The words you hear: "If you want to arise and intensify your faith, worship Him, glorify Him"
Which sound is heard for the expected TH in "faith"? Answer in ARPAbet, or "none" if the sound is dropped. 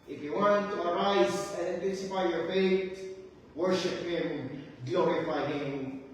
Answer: T